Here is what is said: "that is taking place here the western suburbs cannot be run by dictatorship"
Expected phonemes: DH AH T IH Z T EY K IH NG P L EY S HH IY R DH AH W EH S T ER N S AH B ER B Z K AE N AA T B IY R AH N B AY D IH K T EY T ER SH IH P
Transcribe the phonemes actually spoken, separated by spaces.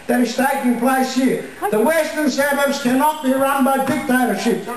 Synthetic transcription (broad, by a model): DH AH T IH Z T EY K IH NG P L EY S HH IY R DH AH W EH S T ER N S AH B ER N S K AE N AA T B IY R AH N B AY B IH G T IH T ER SH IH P